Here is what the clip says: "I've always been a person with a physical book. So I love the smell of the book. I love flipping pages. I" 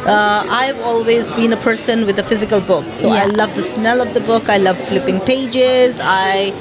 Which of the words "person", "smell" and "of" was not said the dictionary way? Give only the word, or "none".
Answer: none